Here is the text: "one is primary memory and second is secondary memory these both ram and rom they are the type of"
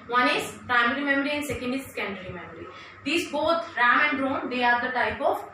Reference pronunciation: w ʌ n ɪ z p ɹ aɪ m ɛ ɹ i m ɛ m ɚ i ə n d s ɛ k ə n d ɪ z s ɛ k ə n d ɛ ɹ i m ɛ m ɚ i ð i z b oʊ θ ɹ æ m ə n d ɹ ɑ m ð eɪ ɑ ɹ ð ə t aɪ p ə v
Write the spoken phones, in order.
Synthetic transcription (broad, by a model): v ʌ n ɪ z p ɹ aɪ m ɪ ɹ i m ɛ m ɚ i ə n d s ɛ k ə n d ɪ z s k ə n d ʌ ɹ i m ɛ m ɚ i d i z b oʊ t ɹ æ m ə n d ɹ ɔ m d eɪ ɑ ɹ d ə t aɪ p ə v